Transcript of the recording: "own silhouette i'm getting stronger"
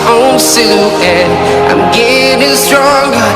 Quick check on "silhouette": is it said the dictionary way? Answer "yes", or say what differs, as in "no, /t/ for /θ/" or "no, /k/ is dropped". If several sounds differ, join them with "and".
no, /t/ is dropped